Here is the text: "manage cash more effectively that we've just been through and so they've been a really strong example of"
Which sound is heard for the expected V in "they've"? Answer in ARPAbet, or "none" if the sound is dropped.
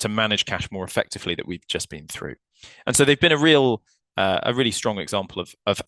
V